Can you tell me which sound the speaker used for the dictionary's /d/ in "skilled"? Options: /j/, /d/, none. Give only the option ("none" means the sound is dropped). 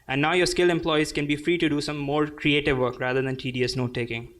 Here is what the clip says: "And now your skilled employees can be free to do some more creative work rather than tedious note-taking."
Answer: none